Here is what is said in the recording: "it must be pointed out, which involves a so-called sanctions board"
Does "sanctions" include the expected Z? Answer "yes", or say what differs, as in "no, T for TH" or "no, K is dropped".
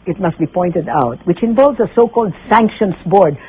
no, S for Z